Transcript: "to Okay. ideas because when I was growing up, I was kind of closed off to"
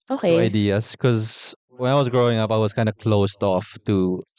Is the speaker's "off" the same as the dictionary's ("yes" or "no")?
yes